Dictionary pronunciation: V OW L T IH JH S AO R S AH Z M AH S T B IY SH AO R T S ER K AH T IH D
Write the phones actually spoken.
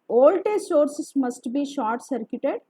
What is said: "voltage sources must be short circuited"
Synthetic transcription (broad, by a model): OW L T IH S AO R S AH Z M AH S T B IY SH AO R T S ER K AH T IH D